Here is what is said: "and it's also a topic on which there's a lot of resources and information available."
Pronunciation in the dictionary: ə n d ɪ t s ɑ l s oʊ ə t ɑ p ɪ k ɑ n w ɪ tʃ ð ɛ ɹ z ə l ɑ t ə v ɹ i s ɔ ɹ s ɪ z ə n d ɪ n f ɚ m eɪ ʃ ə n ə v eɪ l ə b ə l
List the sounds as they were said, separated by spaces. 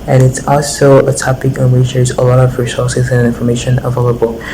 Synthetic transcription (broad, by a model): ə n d ɪ t s ɑ l s oʊ ə t ɑ p ɪ k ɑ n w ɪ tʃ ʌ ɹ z ə l ɑ t ə v ɹ i s ɔ ɹ s ɪ z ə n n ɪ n f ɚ m eɪ ʃ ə n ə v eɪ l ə b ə l